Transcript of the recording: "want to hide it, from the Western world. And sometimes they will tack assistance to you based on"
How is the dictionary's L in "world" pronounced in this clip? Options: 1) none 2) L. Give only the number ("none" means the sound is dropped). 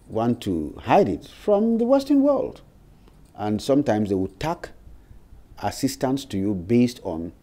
2